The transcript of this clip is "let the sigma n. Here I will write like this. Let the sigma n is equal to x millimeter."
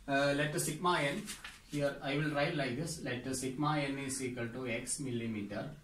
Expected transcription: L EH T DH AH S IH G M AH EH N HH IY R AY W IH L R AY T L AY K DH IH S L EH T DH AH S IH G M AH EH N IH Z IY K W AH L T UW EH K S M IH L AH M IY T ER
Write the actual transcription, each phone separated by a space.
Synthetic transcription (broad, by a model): L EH T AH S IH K M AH EH N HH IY R AY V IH L R AY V L AY K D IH S L EH T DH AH S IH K M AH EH N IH S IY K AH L T UW EH K S M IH L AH M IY T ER